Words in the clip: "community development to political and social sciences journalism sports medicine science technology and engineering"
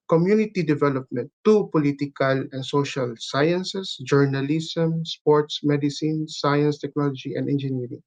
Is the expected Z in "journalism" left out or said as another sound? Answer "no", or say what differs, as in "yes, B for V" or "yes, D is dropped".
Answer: yes, S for Z